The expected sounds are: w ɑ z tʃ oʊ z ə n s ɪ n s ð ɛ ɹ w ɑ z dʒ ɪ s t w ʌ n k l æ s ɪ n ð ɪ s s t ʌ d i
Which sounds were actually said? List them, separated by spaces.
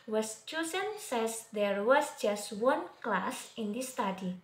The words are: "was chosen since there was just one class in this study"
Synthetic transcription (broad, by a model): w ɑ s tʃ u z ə n s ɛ s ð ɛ ɹ w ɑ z dʒ ɪ s t w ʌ n k l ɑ s ɪ n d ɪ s s t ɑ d i